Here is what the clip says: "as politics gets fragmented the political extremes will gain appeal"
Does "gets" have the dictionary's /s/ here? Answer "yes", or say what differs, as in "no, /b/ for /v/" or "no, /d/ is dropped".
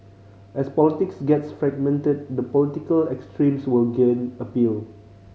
yes